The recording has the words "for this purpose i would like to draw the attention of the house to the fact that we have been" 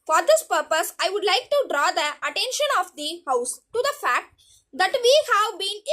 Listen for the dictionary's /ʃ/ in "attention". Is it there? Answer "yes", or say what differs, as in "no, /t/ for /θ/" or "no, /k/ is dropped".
yes